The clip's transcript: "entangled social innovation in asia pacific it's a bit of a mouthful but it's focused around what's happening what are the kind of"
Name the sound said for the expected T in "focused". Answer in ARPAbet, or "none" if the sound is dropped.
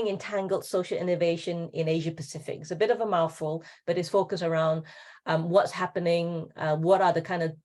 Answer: none